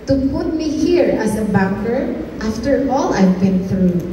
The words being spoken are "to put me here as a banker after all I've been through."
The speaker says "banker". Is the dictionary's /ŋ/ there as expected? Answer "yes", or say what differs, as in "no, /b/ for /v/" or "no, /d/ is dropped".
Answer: no, /ŋ/ is dropped